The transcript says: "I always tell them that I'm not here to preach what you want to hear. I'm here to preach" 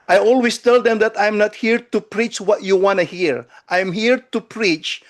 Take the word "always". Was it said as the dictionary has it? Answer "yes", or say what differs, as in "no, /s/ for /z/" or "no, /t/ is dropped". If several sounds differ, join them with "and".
no, /s/ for /z/